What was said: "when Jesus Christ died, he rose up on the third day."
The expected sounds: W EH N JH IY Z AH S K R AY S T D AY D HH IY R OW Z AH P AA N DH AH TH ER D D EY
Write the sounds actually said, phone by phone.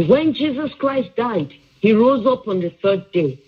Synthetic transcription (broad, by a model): W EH N JH IY Z AH S K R AY S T D AY D HH IY R OW Z AH P AA N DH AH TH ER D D EY